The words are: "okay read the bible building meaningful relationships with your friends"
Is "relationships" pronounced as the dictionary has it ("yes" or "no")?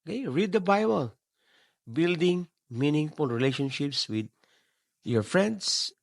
yes